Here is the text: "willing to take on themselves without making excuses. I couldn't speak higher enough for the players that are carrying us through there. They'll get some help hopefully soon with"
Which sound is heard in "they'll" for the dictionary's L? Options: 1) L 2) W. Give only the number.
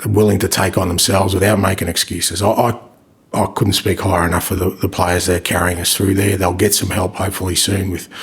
1